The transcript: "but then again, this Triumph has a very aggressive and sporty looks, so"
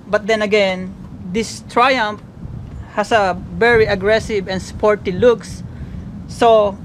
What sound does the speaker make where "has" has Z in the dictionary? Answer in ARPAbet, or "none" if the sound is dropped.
S